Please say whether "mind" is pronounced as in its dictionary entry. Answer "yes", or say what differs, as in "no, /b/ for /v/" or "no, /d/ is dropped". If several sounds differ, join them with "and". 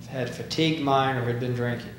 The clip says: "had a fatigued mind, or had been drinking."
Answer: no, /d/ is dropped